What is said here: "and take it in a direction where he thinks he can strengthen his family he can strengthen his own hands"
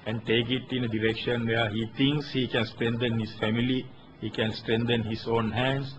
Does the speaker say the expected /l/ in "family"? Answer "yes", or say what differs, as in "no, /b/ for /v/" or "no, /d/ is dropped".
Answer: yes